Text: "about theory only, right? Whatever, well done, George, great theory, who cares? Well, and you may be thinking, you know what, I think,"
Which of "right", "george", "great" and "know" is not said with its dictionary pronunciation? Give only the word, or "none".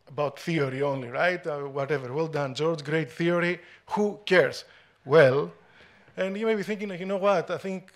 none